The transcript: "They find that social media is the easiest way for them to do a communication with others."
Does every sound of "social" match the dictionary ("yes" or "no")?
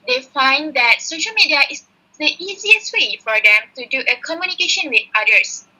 yes